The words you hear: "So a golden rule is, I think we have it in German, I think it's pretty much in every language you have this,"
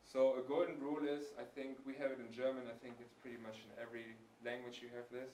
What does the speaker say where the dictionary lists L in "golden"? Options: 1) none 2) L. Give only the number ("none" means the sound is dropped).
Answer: 1